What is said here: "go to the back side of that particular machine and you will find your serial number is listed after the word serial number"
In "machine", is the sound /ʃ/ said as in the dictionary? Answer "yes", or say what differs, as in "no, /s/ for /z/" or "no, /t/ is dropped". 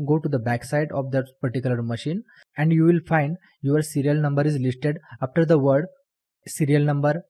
yes